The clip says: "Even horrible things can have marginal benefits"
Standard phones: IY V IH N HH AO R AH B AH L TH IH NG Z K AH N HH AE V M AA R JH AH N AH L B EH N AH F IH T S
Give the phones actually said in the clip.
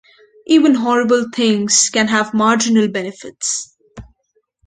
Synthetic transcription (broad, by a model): IY V IH N HH AO R AH B AH L T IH NG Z K AH N HH AE V M AA R JH AH N AH L B EH N AH F IH T S